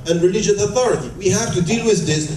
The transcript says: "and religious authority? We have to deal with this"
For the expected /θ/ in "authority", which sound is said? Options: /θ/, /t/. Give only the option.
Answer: /θ/